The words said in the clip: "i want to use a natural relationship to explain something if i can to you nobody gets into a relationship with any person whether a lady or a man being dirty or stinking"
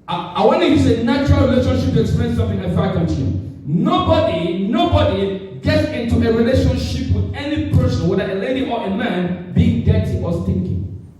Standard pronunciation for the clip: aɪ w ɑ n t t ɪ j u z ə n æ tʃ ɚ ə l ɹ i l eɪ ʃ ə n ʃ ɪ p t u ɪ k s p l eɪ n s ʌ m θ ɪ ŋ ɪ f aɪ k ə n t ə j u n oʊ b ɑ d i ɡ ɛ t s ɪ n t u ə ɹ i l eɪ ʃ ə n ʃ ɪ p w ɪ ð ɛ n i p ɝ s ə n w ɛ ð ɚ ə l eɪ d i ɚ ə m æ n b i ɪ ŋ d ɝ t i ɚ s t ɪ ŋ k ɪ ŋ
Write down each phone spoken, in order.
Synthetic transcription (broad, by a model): aɪ w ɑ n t t ɪ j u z ə n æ tʃ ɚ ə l ɹ i l eɪ ʃ ə n ʃ ɪ p t u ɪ k s p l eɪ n s ʌ m θ ɪ ŋ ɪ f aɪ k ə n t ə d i n oʊ b ɑ d i ɡ ɛ t s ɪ n t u ə ɹ i l eɪ ʃ ə n ʃ ɪ p w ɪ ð ɛ n i p ɝ s ə n w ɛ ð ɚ ə l eɪ d i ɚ ə m æ n b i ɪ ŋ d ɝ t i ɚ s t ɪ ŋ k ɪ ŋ